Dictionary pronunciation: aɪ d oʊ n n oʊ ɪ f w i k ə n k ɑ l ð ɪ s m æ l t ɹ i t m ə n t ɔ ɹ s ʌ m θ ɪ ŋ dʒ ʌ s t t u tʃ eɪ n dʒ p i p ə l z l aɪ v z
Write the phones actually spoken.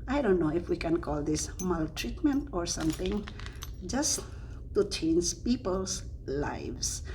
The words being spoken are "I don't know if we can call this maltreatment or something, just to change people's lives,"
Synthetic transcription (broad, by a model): aɪ d oʊ n n oʊ ɪ f w i k ə n k ɑ l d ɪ s m æ l t ɹ i t m ə n t ɔ ɹ s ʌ m t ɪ ŋ dʒ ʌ s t t u tʃ eɪ n dʒ p i p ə l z l aɪ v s